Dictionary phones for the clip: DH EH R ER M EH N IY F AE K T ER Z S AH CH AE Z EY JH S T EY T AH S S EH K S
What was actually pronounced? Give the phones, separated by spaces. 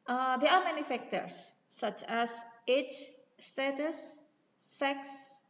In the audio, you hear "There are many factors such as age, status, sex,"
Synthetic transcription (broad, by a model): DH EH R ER M EH N IY F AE K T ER S AH CH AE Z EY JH S T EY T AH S S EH K S